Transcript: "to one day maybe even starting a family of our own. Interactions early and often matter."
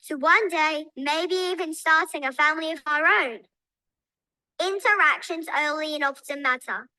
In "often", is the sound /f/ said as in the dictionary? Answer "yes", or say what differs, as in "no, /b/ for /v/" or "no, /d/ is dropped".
no, /p/ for /f/